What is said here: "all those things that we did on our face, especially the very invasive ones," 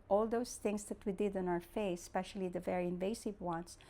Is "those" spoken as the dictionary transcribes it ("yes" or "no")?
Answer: no